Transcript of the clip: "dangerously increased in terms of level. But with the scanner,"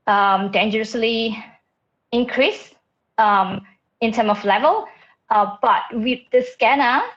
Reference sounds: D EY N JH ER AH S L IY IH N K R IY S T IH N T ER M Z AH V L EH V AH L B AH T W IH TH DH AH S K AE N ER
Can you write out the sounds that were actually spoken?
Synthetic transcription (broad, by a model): D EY N JH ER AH S L IY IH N K R IY S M IH N T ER M AH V L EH V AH L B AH T W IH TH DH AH S K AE N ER